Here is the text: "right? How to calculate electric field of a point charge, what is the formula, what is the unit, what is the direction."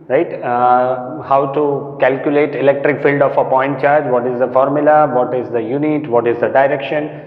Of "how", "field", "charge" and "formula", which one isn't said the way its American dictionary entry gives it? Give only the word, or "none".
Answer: none